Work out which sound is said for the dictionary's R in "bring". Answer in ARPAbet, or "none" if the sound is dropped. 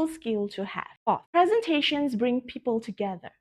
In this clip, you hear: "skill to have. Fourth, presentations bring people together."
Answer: R